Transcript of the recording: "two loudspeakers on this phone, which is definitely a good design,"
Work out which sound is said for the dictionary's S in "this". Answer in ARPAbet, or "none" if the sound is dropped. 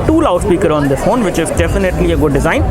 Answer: none